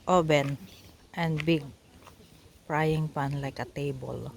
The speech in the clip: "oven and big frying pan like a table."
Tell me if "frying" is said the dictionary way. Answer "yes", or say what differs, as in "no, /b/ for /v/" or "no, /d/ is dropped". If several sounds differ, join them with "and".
no, /p/ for /f/